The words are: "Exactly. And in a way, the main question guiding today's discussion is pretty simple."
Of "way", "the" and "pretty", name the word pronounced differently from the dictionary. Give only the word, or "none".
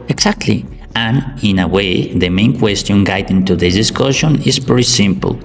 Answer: pretty